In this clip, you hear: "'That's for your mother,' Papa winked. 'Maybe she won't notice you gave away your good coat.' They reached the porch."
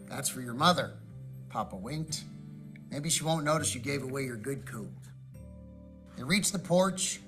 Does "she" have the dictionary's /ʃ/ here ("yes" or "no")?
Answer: yes